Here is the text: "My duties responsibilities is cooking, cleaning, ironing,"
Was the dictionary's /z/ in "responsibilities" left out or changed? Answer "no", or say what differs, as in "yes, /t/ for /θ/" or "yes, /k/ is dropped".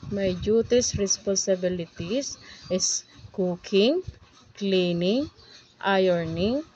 yes, /s/ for /z/